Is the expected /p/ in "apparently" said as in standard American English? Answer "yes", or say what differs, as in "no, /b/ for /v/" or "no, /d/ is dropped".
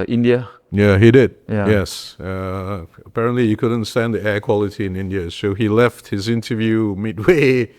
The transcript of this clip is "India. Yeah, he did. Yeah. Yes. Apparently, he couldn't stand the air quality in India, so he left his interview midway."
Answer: yes